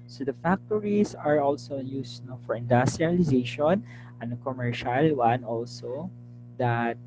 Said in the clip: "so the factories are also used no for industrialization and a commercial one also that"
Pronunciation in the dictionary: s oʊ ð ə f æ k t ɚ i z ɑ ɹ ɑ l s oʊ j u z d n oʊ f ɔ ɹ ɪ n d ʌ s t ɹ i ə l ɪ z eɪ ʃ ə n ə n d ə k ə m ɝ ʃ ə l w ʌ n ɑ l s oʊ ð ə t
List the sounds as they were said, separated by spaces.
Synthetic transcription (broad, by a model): s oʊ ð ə f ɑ k t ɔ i s ɑ ɹ ɑ l s oʊ j u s n oʊ f ɔ ɹ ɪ n d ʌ s t ɹ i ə l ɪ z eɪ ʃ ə n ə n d ə k ə m ɝ ʃ ə l w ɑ n ɑ l s oʊ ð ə t